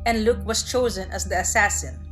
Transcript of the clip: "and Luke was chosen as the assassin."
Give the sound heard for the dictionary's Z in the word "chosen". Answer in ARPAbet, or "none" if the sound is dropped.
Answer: Z